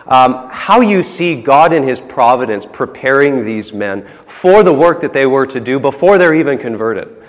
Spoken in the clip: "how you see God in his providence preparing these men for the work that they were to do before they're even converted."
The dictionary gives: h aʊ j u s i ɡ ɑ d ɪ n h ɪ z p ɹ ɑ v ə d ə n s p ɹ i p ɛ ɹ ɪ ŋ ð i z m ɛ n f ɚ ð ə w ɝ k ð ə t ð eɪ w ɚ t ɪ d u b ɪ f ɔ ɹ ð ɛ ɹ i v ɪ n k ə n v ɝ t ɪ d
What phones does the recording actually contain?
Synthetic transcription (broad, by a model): h aʊ j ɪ s i ɡ ɑ d ɪ n ɪ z p ɹ ɑ v ə d ə n s p ɹ i p ɛ ɹ ɪ ŋ ð i z m ɛ n f ɚ ð ə w ɝ k ð ə t ð eɪ w ɚ t ɪ d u b ɪ f ɔ ɹ ð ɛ ɹ i v ɪ n k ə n v ɝ t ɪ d